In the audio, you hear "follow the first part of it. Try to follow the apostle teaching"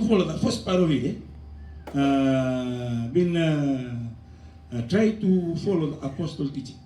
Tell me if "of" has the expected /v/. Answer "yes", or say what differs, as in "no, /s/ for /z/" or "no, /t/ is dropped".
no, /b/ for /v/